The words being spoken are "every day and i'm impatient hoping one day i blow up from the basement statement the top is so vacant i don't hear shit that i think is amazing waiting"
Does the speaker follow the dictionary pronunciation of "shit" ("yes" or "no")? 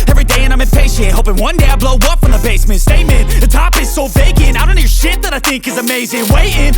yes